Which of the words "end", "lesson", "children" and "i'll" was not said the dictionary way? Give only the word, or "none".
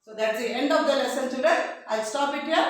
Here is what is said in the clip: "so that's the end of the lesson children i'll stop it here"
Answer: children